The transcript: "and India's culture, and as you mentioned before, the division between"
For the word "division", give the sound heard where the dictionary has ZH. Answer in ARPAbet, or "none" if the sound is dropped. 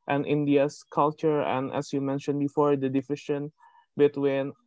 SH